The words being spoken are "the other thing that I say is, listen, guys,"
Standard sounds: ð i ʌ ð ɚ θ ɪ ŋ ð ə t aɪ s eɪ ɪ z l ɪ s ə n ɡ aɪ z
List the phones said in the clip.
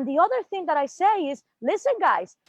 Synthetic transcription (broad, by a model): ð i ʌ ð ɚ θ ɪ ŋ ð ə t aɪ s eɪ ɪ z l ɪ s ə n ɡ aɪ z